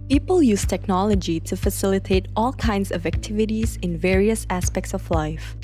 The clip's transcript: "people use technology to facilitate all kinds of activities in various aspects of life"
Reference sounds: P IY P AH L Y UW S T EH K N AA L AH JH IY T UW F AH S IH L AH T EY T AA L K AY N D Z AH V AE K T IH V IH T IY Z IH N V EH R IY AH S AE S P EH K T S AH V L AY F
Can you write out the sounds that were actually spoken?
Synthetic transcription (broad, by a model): P IY P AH L Y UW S T EH K N AA L AH JH IY T UW F AH S IH L AH T EY T AA L K AY N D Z AH V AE K T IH V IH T IY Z IH N V EH R IY AH S AE S P EH K T S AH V L AY F